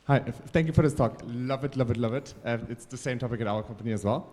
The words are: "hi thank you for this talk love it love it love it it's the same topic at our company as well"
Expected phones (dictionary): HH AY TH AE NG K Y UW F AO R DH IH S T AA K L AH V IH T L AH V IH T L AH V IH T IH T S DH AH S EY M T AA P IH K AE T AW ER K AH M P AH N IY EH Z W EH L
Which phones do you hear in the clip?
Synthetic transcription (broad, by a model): HH AY T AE NG K Y UW F AO R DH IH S T AA K L AH V IH T L AH V IH T L AH V IH T IH T S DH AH S EY M T AA P IH K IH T AW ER K AH M P AH N IY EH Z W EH L